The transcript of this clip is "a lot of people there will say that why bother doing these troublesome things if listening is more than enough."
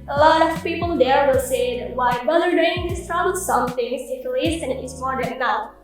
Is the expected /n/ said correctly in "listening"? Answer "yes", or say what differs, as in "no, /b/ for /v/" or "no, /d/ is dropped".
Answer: no, /n/ is dropped